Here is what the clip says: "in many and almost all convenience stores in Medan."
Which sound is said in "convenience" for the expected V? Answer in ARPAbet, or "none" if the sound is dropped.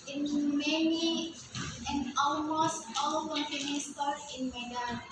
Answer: P